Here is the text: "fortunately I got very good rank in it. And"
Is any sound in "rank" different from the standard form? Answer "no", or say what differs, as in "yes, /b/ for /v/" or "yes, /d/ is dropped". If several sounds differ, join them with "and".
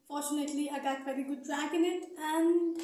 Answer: yes, /ŋ/ is dropped